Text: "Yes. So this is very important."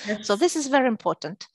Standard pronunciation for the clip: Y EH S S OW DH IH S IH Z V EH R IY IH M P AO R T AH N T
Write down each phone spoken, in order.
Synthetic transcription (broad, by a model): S S OW DH IH S IH Z V EH R IY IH M P AO R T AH N T